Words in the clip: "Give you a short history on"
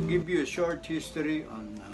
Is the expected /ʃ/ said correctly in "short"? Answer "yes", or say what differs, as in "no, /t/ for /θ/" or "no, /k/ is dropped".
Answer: yes